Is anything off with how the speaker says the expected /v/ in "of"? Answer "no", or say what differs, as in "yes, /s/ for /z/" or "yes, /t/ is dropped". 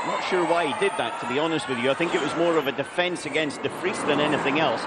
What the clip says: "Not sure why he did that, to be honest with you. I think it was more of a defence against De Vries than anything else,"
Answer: no